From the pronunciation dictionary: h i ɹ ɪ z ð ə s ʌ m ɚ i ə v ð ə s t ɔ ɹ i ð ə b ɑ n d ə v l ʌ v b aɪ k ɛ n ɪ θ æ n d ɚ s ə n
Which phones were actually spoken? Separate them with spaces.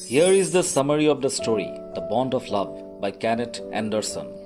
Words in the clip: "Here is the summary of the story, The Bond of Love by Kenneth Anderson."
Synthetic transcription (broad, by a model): h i ɹ ɪ z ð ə s ʌ m ɚ i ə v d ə s t ɔ ɹ i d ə b ɑ n d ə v l ʌ v b aɪ k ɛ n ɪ t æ n d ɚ s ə n